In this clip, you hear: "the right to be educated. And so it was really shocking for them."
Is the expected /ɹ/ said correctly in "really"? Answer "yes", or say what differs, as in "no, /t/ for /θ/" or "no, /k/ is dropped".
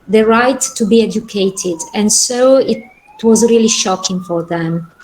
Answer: yes